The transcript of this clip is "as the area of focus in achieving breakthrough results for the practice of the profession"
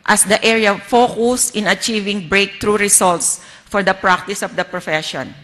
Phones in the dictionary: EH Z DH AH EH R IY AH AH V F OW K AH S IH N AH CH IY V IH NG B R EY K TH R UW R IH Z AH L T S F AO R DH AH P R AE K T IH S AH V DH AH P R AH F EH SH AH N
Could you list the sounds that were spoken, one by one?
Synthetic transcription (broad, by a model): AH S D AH EH R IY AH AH F OW K AH S IH N AH CH IY V IH NG B R EY K T R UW R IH S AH L T S F AO R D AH P R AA K T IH S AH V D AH P R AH F EH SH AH N